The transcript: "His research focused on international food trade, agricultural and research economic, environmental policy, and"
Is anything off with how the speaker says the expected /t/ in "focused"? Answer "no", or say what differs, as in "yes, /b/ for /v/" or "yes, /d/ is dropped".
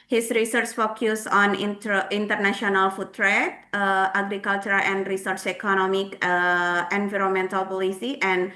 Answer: yes, /t/ is dropped